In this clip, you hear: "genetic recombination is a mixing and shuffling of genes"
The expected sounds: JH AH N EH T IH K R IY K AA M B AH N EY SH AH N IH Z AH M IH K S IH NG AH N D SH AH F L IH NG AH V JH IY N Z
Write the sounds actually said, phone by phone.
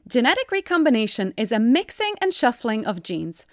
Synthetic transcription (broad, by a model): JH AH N EH T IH K R IY K AA M B AH N EY SH AH N IH Z AH M IH K S IH NG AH N SH AH F L IH NG AH V JH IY N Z